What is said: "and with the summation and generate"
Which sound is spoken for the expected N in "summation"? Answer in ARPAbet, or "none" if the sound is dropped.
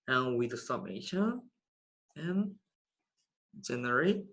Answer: none